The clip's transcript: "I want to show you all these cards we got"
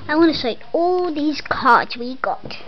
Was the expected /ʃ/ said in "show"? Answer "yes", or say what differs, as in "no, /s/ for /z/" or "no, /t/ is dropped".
no, /s/ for /ʃ/